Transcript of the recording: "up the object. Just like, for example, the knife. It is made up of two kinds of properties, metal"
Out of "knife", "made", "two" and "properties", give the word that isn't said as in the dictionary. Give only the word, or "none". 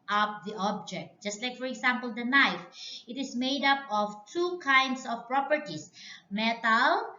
properties